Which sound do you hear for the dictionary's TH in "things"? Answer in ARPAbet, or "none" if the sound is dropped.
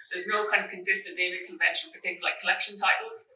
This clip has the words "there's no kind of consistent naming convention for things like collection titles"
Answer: TH